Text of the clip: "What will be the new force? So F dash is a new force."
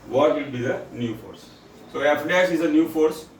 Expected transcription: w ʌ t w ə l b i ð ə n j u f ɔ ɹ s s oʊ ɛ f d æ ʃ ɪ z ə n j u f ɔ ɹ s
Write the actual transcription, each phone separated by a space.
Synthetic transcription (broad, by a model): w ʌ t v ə l b i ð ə n j u f ɔ ɹ s s oʊ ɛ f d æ s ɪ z ə n j u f ɔ ɹ s